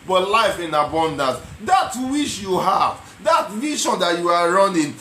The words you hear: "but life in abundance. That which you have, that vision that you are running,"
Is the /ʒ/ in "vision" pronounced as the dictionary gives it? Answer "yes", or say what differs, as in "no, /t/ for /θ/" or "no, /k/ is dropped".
no, /ʃ/ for /ʒ/